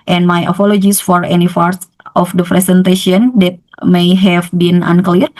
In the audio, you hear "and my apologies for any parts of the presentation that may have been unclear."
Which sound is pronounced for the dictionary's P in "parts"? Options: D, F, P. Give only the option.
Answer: F